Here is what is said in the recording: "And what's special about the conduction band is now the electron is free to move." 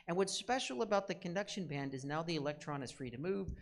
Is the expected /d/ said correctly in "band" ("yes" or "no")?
yes